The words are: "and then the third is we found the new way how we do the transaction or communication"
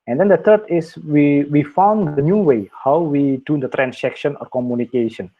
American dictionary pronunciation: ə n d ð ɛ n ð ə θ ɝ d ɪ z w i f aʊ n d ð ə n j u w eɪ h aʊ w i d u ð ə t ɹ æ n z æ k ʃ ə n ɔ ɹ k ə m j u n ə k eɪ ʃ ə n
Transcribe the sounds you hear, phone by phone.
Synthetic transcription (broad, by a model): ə n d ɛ n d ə t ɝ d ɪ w w i f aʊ n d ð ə n j u w eɪ h aʊ w i d u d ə t ɹ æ n s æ k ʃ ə n ɔ ɹ k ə m j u n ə k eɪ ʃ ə n